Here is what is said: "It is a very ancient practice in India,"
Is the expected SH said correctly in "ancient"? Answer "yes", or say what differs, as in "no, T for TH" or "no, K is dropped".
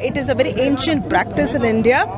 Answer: yes